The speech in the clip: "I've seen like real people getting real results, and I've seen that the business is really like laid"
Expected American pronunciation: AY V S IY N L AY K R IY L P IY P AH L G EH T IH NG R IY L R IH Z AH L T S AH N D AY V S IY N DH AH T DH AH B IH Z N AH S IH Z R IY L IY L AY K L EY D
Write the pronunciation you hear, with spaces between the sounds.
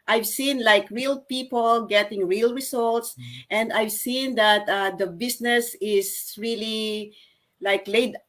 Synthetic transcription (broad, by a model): AY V S IY N L AY K R IY L P IY P AH L G EH T IH NG R IY L R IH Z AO L T S AH N D AY V S IY N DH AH T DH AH B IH S N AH S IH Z R IY L IY L AY K L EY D